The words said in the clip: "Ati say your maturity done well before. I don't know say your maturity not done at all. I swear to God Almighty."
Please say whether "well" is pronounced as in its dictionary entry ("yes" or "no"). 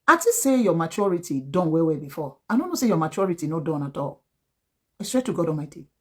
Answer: no